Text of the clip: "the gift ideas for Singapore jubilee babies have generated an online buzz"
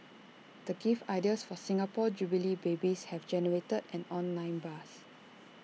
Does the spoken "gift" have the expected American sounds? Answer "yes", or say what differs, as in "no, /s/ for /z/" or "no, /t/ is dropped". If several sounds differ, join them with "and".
no, /t/ is dropped